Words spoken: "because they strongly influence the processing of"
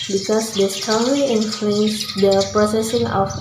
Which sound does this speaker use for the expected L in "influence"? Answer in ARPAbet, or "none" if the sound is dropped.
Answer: none